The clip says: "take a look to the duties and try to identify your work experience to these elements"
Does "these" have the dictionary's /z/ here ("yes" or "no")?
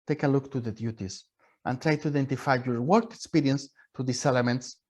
no